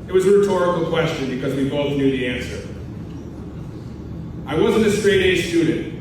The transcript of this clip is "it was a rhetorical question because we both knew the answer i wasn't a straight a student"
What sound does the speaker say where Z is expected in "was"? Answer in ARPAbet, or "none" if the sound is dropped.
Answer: Z